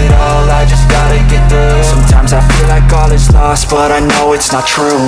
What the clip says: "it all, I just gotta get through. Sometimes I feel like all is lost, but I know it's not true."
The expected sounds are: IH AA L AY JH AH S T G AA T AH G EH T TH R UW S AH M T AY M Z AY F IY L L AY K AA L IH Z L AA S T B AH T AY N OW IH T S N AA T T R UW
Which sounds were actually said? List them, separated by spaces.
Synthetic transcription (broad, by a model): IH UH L AY JH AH S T G AA T AH G EH T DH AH S AH M T AY M Z AY F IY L L AY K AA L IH S L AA S T B AH T AY N OW IH T S N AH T T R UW